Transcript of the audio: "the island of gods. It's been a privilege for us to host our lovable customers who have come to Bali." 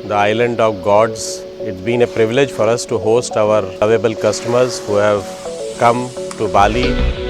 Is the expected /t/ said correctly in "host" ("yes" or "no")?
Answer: yes